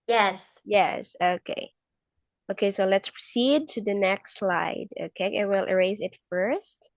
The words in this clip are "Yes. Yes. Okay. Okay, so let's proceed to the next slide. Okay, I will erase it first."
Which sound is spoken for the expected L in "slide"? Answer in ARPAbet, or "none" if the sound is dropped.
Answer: L